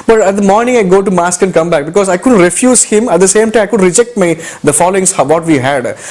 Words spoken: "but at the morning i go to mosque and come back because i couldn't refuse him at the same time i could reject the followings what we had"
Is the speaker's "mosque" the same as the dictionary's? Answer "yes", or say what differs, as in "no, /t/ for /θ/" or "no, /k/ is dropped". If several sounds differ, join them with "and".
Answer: yes